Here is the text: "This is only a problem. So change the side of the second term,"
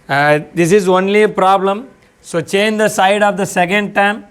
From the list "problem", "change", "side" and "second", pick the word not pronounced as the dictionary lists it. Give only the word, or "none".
none